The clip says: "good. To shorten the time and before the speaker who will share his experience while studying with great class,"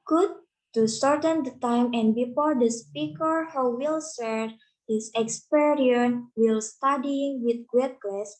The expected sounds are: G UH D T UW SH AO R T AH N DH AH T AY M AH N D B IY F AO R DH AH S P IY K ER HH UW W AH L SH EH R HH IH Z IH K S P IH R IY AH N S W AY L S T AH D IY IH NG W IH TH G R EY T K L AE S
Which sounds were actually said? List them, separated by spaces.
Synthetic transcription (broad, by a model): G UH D T UW S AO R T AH N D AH T AY M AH N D B IY F AO R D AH S P IY K ER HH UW W AH L S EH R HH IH S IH K S P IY R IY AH N W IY L S T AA D IY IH NG W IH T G W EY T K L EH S